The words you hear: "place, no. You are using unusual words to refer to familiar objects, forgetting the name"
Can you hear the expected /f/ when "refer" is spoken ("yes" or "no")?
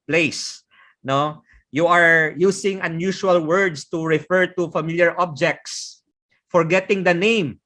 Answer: yes